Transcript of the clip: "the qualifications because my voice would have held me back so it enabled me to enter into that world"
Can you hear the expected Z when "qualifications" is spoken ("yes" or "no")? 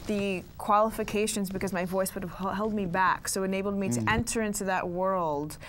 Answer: yes